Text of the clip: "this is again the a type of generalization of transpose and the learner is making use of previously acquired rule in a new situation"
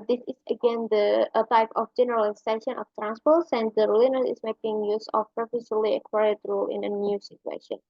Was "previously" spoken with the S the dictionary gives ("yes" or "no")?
no